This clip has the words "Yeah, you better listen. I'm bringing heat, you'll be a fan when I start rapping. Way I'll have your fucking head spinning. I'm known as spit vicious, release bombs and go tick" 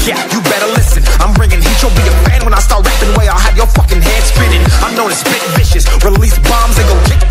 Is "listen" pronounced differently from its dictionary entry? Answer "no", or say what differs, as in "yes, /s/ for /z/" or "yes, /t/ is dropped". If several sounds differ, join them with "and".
no